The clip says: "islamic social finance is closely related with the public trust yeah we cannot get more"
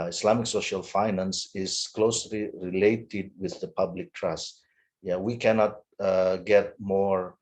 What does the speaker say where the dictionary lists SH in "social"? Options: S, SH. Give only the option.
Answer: SH